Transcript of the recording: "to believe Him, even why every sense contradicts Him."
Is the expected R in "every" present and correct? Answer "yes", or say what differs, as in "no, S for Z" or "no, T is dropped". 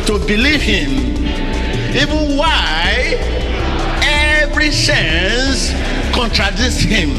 yes